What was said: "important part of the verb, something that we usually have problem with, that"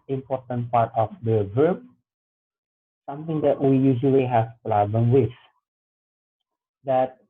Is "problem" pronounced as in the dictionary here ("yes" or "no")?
no